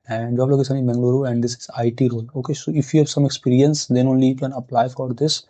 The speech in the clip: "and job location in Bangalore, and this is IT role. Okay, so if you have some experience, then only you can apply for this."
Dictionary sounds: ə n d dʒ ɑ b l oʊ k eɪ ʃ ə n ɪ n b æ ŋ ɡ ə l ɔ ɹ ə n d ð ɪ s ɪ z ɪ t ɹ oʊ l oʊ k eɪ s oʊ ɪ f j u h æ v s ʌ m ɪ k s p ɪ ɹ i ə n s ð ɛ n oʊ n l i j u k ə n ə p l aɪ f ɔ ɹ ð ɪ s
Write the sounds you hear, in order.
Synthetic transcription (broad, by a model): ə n d dʒ ɑ b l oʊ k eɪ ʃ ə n ɪ n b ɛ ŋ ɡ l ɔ ɹ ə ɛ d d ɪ s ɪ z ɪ t ɹ oʊ l oʊ k eɪ s oʊ ɪ f j u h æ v s ʌ m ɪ k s p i ɹ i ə n s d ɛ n oʊ n l i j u k ə n ə p l aɪ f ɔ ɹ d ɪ s